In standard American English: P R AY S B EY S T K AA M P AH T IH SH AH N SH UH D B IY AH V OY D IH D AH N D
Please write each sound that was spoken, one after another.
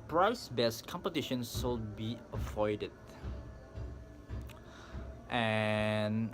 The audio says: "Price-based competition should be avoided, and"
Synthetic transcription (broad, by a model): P R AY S B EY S K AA M P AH T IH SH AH N S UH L B IY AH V OY D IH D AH N